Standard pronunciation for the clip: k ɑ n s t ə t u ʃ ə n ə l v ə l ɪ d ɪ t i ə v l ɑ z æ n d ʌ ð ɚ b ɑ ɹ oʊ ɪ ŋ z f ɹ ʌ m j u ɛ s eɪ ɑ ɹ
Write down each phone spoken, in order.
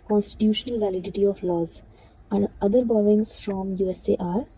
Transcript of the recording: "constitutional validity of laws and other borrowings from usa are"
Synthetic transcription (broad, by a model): k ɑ n s t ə t u ʃ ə n ə l v ə l ɪ d ɪ t i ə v l ɑ z æ n d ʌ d ɚ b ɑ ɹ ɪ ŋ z f ɹ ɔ m j u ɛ s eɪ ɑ ɹ